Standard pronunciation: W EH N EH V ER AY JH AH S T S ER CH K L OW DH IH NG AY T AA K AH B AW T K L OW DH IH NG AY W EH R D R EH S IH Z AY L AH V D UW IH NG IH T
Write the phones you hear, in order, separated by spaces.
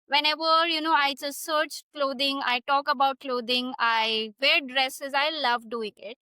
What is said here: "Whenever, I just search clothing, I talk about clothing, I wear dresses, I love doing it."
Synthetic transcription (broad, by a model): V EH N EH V ER AY JH AH S T S ER CH K L OW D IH NG AY T AA K AH B AW T K L OW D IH NG AY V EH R D R EH S IH Z AY L AH V D UW IH NG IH T